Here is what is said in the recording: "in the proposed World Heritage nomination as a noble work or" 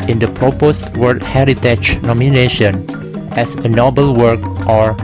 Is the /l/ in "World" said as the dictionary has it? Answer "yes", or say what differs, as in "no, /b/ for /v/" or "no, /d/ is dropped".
no, /l/ is dropped